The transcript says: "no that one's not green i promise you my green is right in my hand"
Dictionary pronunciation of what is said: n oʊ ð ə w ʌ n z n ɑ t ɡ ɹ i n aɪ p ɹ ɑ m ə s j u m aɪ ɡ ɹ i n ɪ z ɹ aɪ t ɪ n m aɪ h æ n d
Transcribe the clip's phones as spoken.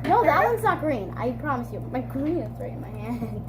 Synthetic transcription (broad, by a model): n oʊ ð ə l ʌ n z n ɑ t ɡ ɹ i n aɪ p ɹ ɑ m ə s j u m aɪ ɡ ɹ i n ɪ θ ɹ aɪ ɪ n m aɪ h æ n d